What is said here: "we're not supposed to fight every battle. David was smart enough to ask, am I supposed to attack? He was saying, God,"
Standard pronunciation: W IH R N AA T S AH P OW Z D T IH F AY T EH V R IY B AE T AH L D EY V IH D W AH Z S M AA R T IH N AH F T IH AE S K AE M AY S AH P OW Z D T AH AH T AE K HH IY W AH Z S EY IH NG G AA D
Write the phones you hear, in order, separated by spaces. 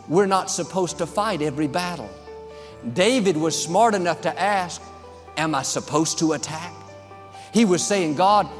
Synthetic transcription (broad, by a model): W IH R N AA T S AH P OW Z T IH F AY T EH V R IY B AE T L D EY V IH D W AH Z S M AA R T IH N AH F T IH AE S K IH M AY S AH P OW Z T AH AH T AE K HH IY W AH Z S EY IH NG G AA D